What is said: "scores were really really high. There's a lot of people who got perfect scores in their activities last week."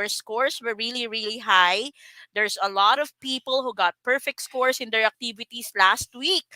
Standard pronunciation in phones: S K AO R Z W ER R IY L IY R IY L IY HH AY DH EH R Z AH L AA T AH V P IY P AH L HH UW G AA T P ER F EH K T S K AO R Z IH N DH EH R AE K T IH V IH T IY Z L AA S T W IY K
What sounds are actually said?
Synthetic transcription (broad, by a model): S K AO R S W ER R IY L IY R IY L IY HH AY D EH R S AH L AA T AH V P IY P AH L HH UW G AA T P ER F EH K T S K AO R S IH N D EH R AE K T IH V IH T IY S L AA S T W IY K